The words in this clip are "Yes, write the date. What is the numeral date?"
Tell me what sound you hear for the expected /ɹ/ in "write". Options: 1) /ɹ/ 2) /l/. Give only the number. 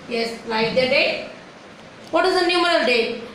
2